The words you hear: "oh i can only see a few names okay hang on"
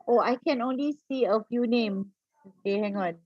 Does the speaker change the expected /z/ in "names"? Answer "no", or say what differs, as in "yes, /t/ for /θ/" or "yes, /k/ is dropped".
yes, /z/ is dropped